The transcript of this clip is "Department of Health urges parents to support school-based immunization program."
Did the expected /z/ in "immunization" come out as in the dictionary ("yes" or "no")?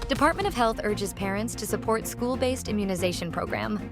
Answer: yes